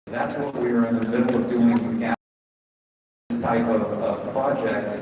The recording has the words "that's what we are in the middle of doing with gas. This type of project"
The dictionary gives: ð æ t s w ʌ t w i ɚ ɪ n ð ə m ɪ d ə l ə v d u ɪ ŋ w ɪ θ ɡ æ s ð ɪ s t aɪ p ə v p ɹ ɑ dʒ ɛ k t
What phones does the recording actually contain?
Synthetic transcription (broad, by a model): ð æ t s w ʌ t w i ɚ ɪ n ð ə m ɪ d l ə v d u ɪ ŋ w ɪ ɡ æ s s t aɪ p ə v p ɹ ɑ dʒ ɛ k t